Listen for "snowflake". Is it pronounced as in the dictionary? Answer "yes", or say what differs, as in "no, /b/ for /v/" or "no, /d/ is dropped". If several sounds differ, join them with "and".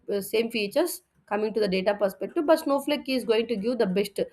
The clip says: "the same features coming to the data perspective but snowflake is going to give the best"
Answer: yes